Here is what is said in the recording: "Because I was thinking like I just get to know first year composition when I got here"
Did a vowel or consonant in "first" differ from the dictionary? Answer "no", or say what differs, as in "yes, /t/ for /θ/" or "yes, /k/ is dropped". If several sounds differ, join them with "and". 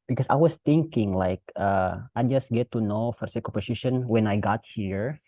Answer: yes, /s/ is dropped